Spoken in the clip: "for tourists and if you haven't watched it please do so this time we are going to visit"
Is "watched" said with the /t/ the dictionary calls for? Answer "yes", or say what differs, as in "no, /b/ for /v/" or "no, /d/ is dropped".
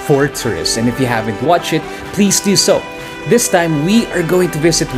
no, /t/ is dropped